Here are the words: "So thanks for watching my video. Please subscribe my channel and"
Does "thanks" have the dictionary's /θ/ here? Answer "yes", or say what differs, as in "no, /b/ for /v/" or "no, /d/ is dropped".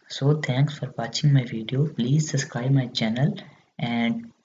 no, /t/ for /θ/